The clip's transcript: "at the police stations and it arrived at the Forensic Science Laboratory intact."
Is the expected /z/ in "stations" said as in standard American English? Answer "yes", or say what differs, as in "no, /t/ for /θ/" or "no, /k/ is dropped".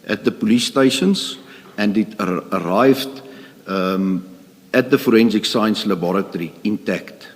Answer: no, /s/ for /z/